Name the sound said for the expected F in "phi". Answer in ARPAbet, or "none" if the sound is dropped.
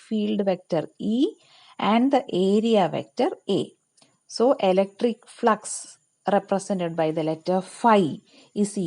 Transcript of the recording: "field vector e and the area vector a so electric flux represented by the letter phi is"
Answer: F